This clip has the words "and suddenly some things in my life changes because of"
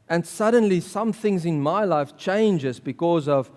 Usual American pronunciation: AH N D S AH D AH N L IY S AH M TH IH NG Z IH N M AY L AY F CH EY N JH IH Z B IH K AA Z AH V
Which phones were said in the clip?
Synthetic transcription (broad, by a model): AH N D S AH D AH N L IY S AH M TH IH NG Z IH N M AY L AY F CH EY N JH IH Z B IH K AA Z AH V